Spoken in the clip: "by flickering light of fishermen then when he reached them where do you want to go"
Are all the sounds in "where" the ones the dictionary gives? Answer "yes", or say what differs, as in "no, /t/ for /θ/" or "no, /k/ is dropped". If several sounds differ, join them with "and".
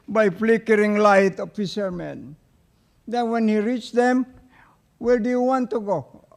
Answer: no, /l/ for /ɹ/